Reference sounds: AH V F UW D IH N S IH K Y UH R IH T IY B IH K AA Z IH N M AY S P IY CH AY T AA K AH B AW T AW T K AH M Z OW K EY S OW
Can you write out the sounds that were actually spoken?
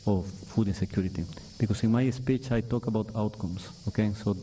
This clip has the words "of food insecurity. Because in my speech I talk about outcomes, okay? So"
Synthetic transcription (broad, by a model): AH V F UW D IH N S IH K Y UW R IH T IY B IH K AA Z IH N M AY S P IY CH AY T AA K AH B AW T AW T K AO M S OW K EY S OW